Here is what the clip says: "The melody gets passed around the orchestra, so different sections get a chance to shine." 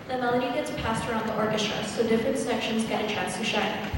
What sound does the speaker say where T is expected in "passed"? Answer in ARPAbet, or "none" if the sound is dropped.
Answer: T